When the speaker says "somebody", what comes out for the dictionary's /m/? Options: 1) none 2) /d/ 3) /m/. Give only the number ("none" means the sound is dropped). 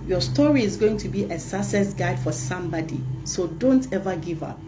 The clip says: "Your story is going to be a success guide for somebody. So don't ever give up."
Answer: 3